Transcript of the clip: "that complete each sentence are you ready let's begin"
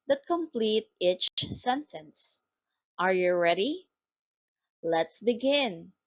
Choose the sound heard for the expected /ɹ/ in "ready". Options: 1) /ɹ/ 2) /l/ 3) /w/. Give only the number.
1